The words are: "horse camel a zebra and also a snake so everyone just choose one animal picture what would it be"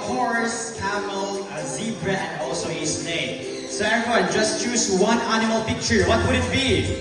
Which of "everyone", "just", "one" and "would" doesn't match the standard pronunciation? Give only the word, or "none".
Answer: everyone